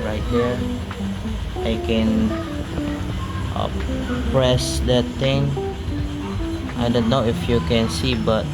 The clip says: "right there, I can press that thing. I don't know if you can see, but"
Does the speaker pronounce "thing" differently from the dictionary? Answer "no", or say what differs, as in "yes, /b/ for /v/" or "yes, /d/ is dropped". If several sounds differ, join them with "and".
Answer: yes, /t/ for /θ/